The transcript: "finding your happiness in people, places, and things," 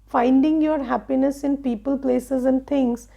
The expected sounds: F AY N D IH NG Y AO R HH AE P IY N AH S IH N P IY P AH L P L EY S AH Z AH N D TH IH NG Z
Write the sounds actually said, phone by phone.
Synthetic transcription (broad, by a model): F AY N D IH NG Y AO R HH AE P IY N AH S IH N P IY P AH L P L EY S AH Z AH N D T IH NG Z